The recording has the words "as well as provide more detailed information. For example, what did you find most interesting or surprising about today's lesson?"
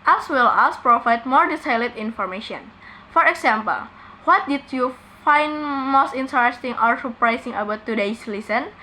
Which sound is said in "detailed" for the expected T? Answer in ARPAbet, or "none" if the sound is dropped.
S